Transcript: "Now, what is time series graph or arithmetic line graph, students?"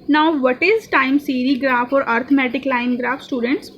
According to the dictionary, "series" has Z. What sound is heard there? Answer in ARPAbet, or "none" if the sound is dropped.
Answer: none